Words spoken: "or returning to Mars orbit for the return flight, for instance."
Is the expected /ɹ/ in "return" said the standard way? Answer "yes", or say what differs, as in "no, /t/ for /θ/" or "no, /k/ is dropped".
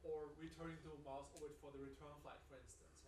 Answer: yes